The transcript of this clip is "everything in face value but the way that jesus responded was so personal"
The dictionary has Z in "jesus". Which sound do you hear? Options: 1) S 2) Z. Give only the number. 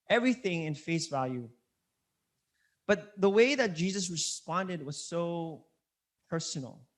2